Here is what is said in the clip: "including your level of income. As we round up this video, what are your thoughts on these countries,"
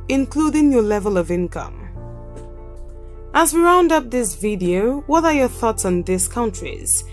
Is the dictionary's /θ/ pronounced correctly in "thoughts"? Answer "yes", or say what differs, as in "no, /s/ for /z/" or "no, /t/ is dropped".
yes